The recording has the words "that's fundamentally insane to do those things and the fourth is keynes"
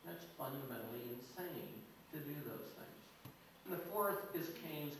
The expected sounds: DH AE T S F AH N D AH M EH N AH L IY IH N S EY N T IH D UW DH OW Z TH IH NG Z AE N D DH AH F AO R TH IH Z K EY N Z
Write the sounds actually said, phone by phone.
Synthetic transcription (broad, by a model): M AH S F AH N D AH M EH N L IY IH N S EY N T IH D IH DH OW Z TH IH NG Z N DH AH F AO R TH IH Z K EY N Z